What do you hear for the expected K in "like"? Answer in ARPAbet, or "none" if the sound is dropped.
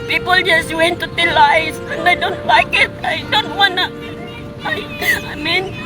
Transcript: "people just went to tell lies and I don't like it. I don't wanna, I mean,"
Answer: K